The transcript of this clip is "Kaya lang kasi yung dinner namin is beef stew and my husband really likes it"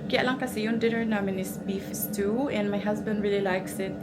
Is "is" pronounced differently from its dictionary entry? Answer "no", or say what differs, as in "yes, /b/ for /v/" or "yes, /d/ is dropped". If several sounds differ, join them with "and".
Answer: yes, /s/ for /z/